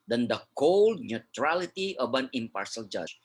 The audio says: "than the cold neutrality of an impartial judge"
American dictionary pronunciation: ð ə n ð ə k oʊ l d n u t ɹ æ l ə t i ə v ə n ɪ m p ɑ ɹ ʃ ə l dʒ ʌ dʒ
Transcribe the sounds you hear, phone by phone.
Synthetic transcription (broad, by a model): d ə n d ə k oʊ l d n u t ɹ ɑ l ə t i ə b ə n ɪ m p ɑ ɹ s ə l dʒ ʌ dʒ